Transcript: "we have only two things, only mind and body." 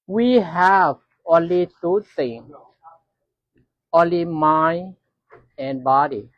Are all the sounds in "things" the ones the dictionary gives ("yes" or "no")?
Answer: no